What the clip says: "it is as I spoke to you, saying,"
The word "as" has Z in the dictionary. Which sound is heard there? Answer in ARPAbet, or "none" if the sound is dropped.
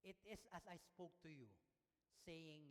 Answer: S